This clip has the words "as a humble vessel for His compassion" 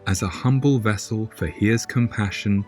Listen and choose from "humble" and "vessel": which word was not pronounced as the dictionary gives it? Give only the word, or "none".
none